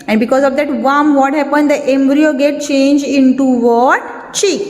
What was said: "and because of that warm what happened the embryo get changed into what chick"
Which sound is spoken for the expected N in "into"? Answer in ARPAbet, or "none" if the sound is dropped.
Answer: N